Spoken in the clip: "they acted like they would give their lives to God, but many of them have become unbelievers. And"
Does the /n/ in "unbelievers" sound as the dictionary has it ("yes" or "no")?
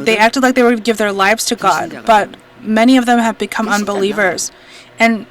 yes